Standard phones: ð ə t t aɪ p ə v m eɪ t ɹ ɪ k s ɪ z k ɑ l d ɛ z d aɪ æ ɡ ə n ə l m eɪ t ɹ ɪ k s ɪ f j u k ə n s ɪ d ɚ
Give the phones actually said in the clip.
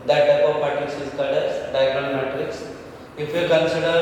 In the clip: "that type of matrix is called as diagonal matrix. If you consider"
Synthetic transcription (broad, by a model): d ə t t aɪ p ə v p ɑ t ɪ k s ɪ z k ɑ d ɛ s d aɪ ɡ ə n m eɪ t ɹ ɪ k s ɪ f j u k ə n s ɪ d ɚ